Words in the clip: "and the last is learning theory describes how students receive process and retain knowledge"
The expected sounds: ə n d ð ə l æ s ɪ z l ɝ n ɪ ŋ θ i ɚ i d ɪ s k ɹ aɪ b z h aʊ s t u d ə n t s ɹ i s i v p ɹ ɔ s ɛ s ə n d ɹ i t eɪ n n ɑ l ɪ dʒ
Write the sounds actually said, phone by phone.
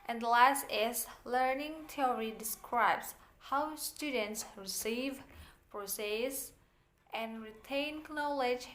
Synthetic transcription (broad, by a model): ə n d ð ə l æ s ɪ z l ɝ n ɪ ŋ t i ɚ i d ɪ s k ɹ aɪ b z h aʊ s t u d ə n t s ɹ i s i v p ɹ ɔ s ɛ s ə n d ɹ i t eɪ n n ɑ l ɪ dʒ